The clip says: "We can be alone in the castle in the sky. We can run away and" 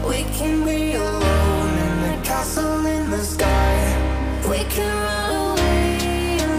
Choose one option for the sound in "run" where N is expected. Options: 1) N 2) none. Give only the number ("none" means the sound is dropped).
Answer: 2